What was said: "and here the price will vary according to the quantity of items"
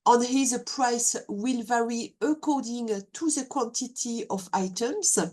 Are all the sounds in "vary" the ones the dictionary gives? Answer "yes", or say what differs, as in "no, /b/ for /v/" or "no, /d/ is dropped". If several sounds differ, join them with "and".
yes